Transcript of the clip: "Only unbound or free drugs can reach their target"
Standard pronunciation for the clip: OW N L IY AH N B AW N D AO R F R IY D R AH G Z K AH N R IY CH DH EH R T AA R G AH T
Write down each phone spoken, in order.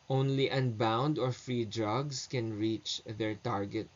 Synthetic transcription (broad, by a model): OW N L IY AH N B AW N D AO R F R IY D R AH G S K AH N R IY CH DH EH R T AA R G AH T